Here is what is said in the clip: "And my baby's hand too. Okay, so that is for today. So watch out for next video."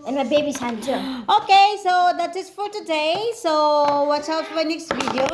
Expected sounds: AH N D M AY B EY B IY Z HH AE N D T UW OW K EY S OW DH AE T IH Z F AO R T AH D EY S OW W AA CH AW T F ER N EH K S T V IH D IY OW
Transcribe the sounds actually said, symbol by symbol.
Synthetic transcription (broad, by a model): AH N M AY B EY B IY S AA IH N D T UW OW K EY S OW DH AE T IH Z F AO R T AH D EY S OW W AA S AW T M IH N EH K S T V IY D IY OW